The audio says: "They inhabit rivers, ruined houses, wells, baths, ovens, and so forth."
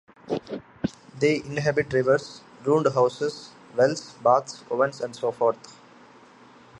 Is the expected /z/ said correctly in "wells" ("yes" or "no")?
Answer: no